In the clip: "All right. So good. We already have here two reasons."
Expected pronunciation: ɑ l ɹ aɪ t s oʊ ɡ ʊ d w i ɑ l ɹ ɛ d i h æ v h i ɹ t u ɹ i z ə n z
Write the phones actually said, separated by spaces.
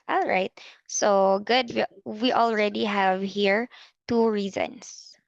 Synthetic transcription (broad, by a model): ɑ l ɹ aɪ t s oʊ ɡ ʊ d w i ɑ l ɹ ɛ d i h æ v h i ɹ t u ɹ i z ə n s